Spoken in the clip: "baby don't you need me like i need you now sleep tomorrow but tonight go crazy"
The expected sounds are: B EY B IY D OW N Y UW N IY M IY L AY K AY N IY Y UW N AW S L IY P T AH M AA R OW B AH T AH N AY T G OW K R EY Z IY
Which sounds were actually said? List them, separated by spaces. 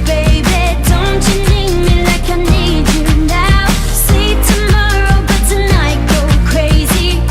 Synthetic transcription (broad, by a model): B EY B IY D OW N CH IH N IY M IY L AY K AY N IY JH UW N AW S IY T AH M AA R OW B AH T AH N AY T G OW K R EY Z IY